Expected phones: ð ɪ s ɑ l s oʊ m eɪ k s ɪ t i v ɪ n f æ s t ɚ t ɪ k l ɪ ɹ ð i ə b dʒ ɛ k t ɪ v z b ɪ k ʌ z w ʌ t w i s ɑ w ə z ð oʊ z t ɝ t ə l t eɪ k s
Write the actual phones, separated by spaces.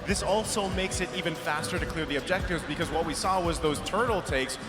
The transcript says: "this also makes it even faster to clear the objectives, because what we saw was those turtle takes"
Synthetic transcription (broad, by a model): ð ɪ s ɑ l s oʊ m eɪ k s ɪ t i v ɪ n f æ s t ɚ t ɪ k l ɪ ɹ ð i ə b dʒ ɛ k t ɪ v z b ɪ k ʌ z w ʌ t w i s ɑ w ə z ð oʊ z t ɝ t l t eɪ k s